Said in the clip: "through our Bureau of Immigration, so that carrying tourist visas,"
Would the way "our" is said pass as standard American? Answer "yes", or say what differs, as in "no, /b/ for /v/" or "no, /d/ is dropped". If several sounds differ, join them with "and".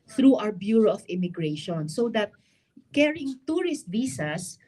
no, /w/ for /ɹ/